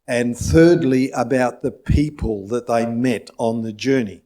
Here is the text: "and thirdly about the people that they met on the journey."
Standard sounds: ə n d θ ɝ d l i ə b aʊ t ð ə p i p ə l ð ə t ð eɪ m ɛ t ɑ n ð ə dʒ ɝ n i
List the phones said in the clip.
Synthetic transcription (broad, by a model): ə n θ ɝ d l i ə b aʊ t ð ə p i p ə l ð ə t ð eɪ m ɛ t n ð ə dʒ ɝ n i